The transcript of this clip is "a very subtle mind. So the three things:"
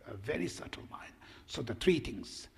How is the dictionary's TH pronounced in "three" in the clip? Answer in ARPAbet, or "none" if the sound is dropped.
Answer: T